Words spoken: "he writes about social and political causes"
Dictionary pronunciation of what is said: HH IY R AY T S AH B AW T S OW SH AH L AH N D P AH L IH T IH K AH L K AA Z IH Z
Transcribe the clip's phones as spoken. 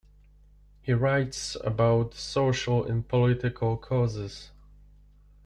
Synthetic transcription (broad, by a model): HH IY R AY T S AH B AW T S OW SH AH L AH N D P AH L IH T IH K AH L K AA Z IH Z